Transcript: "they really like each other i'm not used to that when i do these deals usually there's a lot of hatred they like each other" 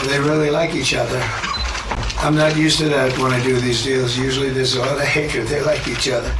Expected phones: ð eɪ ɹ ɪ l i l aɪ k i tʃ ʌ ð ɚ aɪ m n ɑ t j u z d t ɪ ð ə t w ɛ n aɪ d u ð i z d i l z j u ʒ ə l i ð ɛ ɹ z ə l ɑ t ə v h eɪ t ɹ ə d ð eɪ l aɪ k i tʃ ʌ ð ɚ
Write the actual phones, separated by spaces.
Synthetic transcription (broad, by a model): ð eɪ ɹ ɪ l i l aɪ k i tʃ ʌ ð ɚ aɪ m n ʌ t j u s t ɪ ð ə t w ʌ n aɪ d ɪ ð i z d i l z j u ʒ l i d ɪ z ə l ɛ ə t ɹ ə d ð eɪ l aɪ k i tʃ ʌ ð ɚ